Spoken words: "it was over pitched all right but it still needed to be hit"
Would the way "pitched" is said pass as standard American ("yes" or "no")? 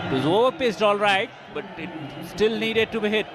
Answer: no